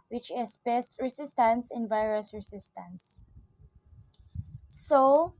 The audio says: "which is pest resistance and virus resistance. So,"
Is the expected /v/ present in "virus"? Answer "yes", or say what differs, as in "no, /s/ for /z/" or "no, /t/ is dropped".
yes